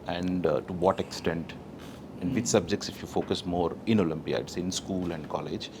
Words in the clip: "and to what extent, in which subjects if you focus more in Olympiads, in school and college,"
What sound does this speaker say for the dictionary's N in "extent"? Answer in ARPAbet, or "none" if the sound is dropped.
N